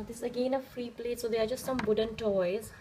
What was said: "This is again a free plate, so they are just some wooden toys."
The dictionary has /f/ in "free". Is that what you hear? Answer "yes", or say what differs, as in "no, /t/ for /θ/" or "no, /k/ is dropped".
yes